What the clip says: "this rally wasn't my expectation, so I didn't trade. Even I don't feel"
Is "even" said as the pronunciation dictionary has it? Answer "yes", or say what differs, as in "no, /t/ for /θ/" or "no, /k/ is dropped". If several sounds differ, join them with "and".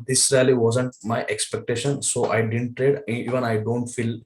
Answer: yes